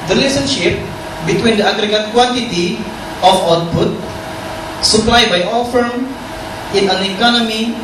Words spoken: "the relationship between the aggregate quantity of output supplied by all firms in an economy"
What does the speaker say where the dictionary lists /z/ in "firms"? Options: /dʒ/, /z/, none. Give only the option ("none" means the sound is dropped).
none